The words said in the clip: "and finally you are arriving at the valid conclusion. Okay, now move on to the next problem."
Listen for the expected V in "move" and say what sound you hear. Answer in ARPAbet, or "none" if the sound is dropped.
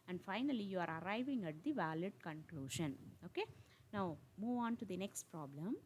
V